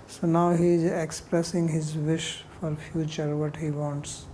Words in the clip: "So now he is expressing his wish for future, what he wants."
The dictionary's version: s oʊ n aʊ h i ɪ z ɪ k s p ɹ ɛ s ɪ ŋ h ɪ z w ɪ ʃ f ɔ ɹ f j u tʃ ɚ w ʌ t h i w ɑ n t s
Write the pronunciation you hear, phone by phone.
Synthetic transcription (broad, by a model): s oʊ n aʊ h i ɪ z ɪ k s p ɹ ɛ s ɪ ŋ h ɪ z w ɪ ʃ f ɔ ɹ f j u tʃ ɚ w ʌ t h i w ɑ n t s